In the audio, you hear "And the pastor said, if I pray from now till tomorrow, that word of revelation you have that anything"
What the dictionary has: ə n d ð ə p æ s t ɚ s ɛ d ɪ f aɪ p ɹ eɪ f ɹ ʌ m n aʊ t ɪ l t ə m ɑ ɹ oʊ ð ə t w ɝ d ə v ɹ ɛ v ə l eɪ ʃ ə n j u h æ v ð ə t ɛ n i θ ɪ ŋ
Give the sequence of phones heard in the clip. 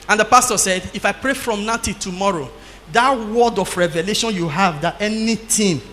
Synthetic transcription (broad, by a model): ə n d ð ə p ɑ s t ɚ s ɛ d ɪ f aɪ p ɹ eɪ f ɹ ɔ m n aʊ t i t ə m ɑ ɹ oʊ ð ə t w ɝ d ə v ɹ ɛ v ə l eɪ ʃ ə n j u h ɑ v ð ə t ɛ n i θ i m